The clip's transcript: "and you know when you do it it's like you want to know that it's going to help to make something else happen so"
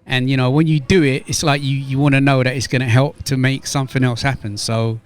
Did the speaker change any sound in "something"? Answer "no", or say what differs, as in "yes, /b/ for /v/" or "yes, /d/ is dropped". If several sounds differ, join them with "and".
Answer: no